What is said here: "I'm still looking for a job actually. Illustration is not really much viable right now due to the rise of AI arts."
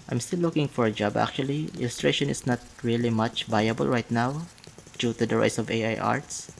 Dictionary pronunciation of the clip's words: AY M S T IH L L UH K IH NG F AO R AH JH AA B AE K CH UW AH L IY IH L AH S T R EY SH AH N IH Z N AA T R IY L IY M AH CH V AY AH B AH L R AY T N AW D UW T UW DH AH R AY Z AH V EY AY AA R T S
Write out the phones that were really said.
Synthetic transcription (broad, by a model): AY M S T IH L L UH K IH NG F AO R AH JH AA B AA K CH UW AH L IY IH L AH S T R EY SH AH N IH S N AA T R IY L IY M AH CH V AY AH B AH L R AY T N AW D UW T UW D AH R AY S AH V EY AY AA R T S